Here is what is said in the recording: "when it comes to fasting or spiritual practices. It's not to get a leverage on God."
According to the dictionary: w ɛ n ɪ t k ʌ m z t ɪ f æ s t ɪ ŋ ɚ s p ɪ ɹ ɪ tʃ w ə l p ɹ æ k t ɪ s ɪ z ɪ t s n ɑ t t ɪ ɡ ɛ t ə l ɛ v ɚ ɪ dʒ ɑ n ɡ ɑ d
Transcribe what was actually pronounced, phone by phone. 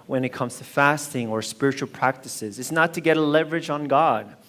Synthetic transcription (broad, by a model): w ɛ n ɪ t k ʌ m z t ɪ f æ s t ɪ ŋ ɚ s p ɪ ɹ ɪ tʃ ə l p ɹ æ k t ɪ s ɪ z ɪ t s n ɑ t t ɪ ɡ ɛ t ə l ɛ v ɚ ɪ dʒ n ɡ ɑ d